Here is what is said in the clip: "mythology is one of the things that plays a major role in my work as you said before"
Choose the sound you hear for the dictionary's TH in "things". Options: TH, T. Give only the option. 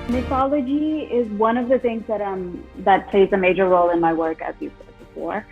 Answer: TH